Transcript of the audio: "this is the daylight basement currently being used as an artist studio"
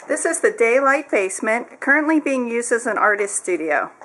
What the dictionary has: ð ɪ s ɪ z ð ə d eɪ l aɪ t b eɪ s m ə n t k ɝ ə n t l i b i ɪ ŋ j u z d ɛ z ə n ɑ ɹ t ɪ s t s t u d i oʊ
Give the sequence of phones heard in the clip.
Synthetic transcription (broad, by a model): ð ɪ s ɪ z ð ə d eɪ l aɪ t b eɪ s m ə n k ɝ ə n t l i b i ɪ ŋ j u z d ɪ z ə n ɑ ɹ t ɪ s t s t u d i oʊ